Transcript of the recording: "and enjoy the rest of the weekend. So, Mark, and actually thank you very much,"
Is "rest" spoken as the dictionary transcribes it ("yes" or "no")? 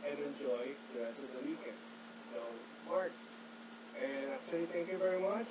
no